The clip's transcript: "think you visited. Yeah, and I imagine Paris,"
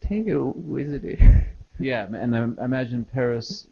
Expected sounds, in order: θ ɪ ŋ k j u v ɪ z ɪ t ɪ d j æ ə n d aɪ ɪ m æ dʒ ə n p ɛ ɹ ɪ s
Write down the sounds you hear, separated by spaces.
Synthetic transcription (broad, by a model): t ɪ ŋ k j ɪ w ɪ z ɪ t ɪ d j æ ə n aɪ ɪ m æ dʒ ə n p ɛ ɹ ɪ s